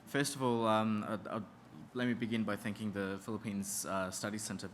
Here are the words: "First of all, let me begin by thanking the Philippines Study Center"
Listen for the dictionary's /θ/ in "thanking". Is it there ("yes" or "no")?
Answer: yes